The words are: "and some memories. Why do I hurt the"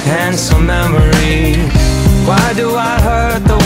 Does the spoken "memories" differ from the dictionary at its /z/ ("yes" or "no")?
yes